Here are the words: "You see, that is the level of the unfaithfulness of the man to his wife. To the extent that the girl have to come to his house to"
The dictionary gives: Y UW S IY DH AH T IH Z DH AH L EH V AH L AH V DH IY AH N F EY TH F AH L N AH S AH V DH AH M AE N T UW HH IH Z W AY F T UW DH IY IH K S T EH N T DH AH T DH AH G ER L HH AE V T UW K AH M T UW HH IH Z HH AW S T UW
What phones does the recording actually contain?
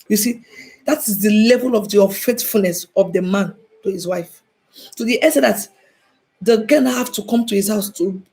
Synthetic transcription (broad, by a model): Y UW S IY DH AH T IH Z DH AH L EH V AH L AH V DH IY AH F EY T F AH L N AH S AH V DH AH M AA N T UW HH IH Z W AY F T UW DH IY T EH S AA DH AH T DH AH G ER N HH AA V T UW K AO M T UW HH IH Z HH AW S T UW